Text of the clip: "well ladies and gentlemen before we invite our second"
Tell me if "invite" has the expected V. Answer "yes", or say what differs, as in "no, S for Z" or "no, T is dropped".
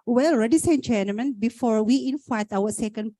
no, F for V